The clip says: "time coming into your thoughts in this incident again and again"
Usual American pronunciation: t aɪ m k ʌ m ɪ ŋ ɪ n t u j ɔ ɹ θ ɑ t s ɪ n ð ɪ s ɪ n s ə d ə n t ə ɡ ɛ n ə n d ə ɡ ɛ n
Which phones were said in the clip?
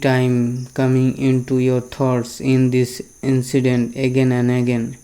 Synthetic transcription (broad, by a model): t aɪ m k ʌ m ɪ ŋ ɪ n t u j ɔ ɹ t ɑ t s ɪ n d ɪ s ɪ n s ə d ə n t ə ɡ ɛ n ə n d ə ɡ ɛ n